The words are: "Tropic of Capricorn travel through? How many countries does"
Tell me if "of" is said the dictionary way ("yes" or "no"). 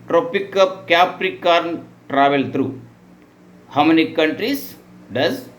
no